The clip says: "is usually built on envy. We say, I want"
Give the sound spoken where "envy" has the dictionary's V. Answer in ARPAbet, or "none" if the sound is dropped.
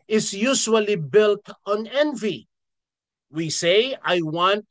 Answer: V